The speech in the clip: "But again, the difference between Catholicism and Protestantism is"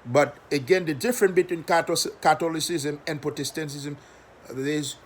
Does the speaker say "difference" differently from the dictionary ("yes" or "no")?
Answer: yes